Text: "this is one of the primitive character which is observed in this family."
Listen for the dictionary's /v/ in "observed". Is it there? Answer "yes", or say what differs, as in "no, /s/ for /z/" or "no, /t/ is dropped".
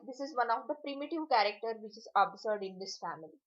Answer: no, /v/ is dropped